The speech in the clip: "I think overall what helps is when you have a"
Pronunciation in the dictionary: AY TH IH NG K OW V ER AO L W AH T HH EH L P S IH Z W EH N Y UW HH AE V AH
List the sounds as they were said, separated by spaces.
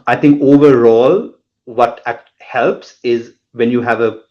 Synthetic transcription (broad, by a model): AY T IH NG K OW V ER AO L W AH T HH EH L P S IH Z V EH N Y UW HH AE V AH